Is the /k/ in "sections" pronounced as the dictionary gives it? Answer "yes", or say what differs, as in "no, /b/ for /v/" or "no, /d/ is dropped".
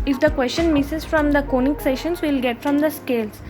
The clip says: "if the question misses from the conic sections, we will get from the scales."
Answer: no, /k/ is dropped